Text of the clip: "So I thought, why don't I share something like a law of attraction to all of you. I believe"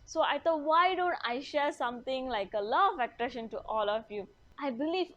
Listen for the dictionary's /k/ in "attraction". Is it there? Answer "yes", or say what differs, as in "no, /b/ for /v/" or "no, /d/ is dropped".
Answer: no, /k/ is dropped